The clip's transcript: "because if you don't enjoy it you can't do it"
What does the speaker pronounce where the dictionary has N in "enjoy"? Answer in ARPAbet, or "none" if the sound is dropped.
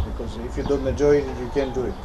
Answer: none